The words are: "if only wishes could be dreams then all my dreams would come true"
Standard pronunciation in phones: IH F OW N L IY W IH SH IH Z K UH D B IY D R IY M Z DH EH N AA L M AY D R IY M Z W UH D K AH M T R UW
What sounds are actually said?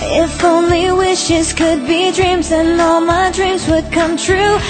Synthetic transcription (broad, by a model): IH F OW N L IY W IH SH IH Z K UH D B IY D R IY M Z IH N AA L M AY D R IY M Z W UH D K AH M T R UW